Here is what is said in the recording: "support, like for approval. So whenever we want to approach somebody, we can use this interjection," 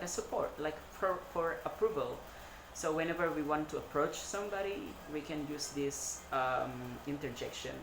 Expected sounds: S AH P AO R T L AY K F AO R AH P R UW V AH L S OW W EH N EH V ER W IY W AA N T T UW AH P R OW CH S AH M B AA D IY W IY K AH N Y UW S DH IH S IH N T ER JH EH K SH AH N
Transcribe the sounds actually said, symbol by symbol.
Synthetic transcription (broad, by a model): S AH P AO R T L AY K F AO R AH P R UW V AH L S OW W EH N EH V ER W IY W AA N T T UW AH P R OW CH S AH M B AA D IY W IY K AH N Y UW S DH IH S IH N T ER JH EH K SH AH N